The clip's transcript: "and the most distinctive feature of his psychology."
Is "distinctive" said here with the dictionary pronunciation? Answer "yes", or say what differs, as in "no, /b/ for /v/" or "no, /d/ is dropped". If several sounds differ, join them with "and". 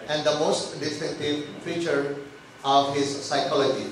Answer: no, /ŋ/ is dropped